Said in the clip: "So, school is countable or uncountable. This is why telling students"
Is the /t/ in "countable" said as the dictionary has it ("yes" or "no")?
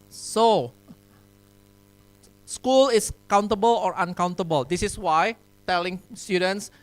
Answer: yes